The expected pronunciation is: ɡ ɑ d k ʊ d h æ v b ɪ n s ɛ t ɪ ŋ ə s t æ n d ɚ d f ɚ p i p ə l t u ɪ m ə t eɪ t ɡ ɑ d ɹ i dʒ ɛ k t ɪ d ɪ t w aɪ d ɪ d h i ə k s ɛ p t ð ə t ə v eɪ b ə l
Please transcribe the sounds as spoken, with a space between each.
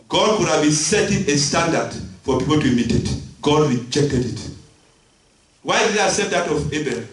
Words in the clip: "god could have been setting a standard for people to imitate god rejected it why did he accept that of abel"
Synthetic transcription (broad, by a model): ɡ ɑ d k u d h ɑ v b ɪ n s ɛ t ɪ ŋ ə s t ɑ n d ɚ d f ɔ p i p ə l t u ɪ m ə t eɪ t ɡ ɑ d ɹ i dʒ ɛ k t ɪ d ɪ t w aɪ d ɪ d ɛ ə s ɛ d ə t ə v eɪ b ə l